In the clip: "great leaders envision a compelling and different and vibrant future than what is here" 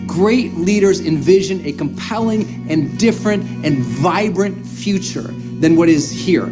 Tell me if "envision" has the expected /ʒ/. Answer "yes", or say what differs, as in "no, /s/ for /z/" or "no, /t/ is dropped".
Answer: yes